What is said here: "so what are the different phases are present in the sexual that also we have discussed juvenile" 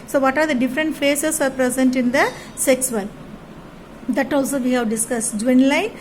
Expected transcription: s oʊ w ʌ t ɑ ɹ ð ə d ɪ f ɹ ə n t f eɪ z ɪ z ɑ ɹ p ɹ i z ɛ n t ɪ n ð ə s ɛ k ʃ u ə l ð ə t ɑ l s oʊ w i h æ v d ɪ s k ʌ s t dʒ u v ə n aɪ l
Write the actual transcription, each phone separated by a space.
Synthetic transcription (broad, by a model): s oʊ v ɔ t ɑ ɹ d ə d ɪ f ɹ ə n t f eɪ s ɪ s ɑ ɹ p ɹ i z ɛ n t ɪ n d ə s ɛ k s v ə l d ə t ɑ l s oʊ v i h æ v d ɪ s k ʌ s t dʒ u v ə n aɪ